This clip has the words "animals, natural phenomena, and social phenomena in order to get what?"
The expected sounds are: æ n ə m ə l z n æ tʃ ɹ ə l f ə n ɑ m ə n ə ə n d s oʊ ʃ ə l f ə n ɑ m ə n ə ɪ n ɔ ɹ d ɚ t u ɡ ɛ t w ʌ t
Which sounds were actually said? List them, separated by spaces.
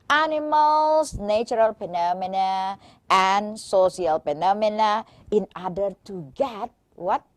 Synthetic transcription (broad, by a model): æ n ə m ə l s n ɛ tʃ ɹ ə l p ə n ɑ m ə n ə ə n s oʊ s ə l p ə n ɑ m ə n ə ɪ n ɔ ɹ d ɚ t u ɡ ɛ t w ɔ t